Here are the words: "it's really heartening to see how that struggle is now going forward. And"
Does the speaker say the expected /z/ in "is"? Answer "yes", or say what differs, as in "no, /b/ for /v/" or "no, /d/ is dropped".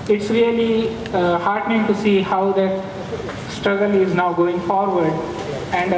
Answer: yes